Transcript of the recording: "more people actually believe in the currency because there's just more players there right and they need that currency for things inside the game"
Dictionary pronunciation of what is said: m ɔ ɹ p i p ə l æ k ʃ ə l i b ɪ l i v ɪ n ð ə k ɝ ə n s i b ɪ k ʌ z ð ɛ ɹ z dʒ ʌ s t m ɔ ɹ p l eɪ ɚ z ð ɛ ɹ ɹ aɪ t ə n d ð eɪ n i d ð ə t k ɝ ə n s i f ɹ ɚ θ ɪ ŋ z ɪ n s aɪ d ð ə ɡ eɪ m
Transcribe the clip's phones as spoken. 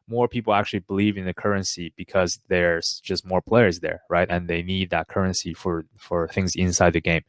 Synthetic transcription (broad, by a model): m ɔ ɹ p i p l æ k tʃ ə l i b ɪ l i v ɪ n ð ə k ɝ ə n s i b ɪ k ʌ z ð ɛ ɹ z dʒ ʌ s t m ɔ ɹ p l eɪ ɚ z ð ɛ ɹ ɹ aɪ t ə n ð eɪ n i d ð ə t k ɝ ə n s i f ɹ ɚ θ ɪ ŋ z ɪ n s aɪ d ð ə ɡ eɪ m